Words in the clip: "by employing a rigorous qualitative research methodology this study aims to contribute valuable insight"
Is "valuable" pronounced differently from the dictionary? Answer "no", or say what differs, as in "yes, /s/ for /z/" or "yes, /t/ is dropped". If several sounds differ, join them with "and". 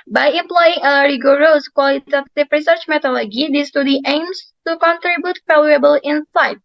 yes, /f/ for /v/